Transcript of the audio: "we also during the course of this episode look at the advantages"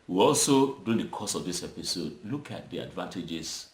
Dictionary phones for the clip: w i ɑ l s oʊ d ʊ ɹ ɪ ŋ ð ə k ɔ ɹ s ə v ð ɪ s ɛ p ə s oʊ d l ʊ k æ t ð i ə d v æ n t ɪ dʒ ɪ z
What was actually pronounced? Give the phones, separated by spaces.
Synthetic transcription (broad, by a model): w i ɑ l s oʊ d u ɪ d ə k ɔ s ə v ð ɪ s ɛ p ə s oʊ d l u k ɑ t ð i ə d v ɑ n t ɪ dʒ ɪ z